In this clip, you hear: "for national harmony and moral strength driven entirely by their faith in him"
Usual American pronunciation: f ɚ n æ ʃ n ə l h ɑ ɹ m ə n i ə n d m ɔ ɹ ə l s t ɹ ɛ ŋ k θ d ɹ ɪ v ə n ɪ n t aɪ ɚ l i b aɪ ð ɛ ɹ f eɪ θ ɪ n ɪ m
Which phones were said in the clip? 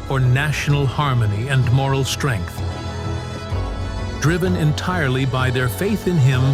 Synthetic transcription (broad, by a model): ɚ n æ ʃ n l h ɑ ɹ m ə n i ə n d m ɔ ɹ l s t ɹ ɛ ŋ k θ d ɹ ɪ v ə n ɪ n t aɪ ɚ l i b aɪ ð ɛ ɹ f eɪ θ ɪ n ɪ m